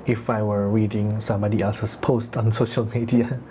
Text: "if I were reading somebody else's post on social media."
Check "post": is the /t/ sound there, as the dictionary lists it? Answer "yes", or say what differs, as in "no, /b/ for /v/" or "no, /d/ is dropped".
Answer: yes